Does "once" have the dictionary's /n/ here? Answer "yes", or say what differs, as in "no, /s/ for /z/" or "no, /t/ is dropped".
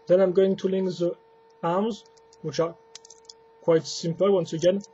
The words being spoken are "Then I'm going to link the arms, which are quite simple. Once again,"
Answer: yes